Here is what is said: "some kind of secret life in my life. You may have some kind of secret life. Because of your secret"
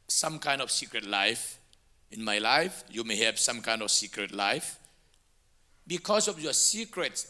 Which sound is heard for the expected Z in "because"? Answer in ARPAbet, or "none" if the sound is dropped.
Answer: S